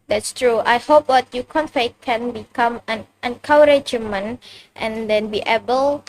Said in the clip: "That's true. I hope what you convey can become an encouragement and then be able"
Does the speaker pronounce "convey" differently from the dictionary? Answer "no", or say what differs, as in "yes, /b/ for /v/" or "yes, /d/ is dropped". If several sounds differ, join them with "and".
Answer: yes, /f/ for /v/